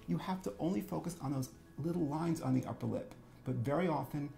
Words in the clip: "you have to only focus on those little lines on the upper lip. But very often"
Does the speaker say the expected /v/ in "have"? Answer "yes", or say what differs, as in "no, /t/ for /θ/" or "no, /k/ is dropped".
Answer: no, /f/ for /v/